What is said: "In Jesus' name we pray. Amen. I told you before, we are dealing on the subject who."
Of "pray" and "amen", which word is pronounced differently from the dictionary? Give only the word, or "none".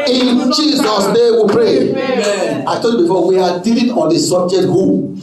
amen